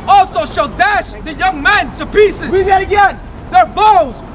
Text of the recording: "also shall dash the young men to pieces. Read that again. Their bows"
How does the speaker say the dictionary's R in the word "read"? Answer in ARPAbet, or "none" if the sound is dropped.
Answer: W